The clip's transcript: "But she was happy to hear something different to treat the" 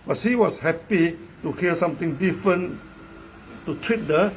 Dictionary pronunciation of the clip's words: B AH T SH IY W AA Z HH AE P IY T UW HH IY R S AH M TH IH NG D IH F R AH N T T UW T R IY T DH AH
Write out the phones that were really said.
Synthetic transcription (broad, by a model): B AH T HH IY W AA S HH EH P IY T UW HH IY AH S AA M T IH NG D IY F R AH N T T UW T R IY T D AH